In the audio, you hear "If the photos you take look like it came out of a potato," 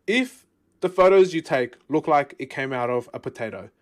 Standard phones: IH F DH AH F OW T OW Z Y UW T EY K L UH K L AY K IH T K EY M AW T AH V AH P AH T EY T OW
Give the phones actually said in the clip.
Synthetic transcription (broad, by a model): IH F DH AH F OW T OW Z Y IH T EY K L UH K L AY K IH T K EY M AW T AH V AH P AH T EY T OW